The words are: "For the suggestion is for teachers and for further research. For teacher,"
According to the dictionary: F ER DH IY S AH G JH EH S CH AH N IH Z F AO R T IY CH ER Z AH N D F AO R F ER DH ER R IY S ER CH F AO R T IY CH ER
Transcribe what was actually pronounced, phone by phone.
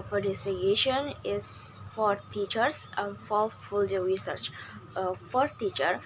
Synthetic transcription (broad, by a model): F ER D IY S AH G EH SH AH N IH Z F AO R T IY CH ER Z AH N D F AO L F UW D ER R IY S ER CH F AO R T IY CH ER